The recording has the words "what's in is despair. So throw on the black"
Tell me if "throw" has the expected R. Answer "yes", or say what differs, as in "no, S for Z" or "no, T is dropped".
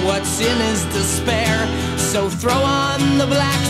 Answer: yes